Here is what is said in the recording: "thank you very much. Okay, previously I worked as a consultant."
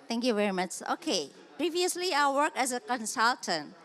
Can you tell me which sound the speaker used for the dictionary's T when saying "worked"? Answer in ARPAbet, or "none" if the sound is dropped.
none